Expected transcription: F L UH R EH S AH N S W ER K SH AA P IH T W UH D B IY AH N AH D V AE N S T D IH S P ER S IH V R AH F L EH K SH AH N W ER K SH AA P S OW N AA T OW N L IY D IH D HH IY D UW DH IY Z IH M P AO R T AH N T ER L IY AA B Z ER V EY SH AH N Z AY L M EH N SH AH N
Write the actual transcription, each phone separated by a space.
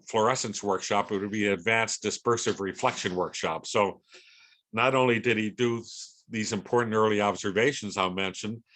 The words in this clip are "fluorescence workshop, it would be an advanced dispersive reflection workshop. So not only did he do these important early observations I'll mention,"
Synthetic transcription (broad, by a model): F L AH R EH S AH N S W ER K SH AA P IH T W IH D B IY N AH D V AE N S D IH S P ER S IH V R AH F L EH K SH AH N W ER K SH AA P S OW N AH T OW N L IY D IH D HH IY D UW DH IY Z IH M P AO R T N T ER L IY AA B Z ER V EY SH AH N Z AY M EH N SH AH N